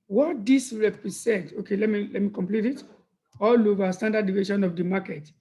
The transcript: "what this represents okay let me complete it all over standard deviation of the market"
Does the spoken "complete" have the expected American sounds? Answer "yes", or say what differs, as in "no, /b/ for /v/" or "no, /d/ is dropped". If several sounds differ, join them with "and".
yes